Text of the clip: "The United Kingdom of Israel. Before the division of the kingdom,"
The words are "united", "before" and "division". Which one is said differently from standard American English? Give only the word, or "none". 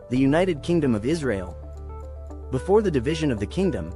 none